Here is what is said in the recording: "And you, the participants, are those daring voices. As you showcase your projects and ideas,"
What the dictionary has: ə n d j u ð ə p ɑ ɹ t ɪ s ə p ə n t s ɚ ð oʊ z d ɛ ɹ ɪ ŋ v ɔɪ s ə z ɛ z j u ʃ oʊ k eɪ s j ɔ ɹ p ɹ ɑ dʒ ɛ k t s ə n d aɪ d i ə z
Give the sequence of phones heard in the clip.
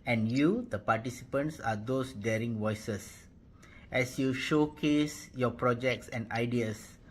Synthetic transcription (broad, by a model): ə n j u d ə p ɑ t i s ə p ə n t s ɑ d oʊ s d ɛ ɹ ɪ ŋ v ɔɪ s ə s ɛ s j u ʃ oʊ k eɪ s j ɔ p ɹ ɑ dʒ ɛ k t s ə n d aɪ d i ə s